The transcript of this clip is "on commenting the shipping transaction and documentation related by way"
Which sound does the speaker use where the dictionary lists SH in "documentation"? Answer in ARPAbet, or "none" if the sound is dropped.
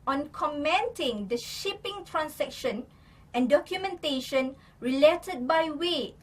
SH